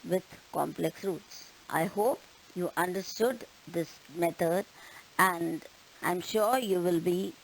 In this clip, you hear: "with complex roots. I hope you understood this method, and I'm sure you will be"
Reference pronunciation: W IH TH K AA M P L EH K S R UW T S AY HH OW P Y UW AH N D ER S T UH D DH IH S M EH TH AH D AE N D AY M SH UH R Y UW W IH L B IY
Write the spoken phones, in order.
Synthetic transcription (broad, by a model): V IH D K AA M P L EH K S R UW T S AY HH OW P Y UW AH N D ER S T UH D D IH S M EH T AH D AE N D AY M SH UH R Y UW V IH L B IY